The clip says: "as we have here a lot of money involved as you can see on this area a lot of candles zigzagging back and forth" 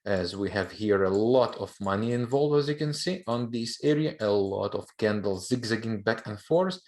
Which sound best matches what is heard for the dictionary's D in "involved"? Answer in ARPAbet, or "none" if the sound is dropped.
none